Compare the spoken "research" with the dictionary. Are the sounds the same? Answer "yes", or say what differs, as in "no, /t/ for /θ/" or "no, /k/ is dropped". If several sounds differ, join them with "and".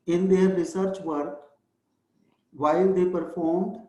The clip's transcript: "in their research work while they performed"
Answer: yes